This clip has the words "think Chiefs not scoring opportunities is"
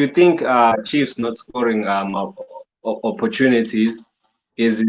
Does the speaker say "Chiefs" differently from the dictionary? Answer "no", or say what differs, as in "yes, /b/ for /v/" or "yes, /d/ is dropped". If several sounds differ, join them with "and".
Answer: no